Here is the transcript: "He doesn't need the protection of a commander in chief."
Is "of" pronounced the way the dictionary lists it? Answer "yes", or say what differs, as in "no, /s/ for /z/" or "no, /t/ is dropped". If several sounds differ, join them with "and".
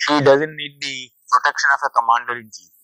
no, /f/ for /v/